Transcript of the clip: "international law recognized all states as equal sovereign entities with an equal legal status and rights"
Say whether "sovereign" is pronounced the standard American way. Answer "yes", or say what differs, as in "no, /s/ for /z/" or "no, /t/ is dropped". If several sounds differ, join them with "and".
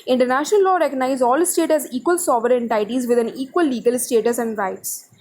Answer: no, /ɹ/ is dropped